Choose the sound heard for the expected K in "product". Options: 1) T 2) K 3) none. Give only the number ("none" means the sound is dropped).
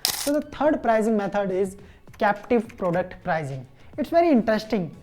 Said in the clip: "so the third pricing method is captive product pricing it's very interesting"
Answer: 2